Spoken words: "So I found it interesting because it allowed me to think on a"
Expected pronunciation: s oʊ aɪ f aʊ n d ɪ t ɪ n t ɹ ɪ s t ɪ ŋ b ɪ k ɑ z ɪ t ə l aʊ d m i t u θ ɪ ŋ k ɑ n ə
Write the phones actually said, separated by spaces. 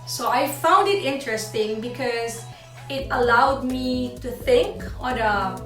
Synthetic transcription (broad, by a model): s oʊ aɪ f aʊ n d ɪ t ɪ n t ɹ ɪ s t ɪ ŋ b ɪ k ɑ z ɪ t ə l aʊ d m i t u θ ɪ ŋ k ɑ n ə